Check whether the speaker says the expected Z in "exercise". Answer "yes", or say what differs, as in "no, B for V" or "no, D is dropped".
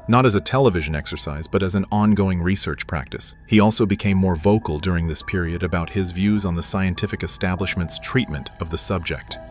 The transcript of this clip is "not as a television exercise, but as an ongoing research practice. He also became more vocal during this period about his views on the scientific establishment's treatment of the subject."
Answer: yes